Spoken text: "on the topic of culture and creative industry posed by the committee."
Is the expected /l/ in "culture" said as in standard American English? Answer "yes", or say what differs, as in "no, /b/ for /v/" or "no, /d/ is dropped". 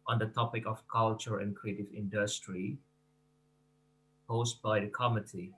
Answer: yes